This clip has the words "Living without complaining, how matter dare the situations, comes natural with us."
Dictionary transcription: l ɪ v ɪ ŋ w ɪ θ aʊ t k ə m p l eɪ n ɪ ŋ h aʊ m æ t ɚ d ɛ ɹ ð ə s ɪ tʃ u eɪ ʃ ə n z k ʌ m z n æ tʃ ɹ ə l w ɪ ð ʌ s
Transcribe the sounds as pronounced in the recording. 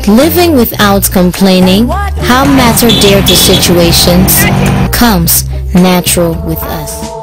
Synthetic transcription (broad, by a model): l ɪ v ɪ ŋ w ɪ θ aʊ t k ə m p l eɪ n ɪ ŋ h aʊ m æ t ɚ d ɛ ɹ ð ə s ɪ tʃ u eɪ ʃ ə n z k ʌ m z n æ tʃ ɹ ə l w ɪ ð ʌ s